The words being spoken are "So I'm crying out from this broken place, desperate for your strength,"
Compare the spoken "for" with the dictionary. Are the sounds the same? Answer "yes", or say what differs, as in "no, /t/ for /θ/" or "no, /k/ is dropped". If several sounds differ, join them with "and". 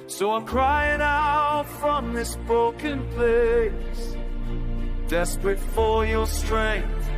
no, /l/ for /ɹ/